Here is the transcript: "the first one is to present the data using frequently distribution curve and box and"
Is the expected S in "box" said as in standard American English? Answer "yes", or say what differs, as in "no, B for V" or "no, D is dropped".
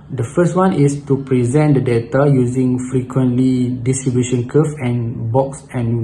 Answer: yes